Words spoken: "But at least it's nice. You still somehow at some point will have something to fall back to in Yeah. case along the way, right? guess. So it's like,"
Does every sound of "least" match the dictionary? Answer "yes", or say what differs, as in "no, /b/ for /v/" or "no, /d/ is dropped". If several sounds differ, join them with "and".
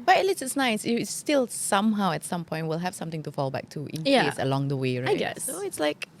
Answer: no, /t/ is dropped